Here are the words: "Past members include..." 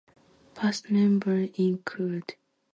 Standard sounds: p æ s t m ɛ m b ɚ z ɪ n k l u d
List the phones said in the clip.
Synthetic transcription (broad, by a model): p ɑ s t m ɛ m b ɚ ɪ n k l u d